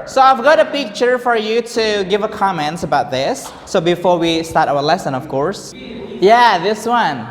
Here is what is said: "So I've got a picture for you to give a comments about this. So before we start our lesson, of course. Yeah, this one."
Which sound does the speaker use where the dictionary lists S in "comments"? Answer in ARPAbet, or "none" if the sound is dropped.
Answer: none